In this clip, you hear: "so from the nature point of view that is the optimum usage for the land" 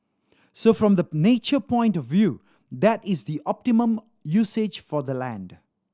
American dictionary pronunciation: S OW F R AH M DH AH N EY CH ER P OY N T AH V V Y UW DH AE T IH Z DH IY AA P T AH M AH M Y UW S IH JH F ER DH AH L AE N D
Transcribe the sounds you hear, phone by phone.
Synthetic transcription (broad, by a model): S OW F R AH M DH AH N EY CH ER P OY N T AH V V Y UW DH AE T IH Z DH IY AA P T AH M AH M Y UW S IH JH F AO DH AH L AE N D